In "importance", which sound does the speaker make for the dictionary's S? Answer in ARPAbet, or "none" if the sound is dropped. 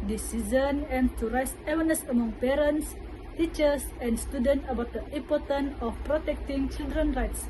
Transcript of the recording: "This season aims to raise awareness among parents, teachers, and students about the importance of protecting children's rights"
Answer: none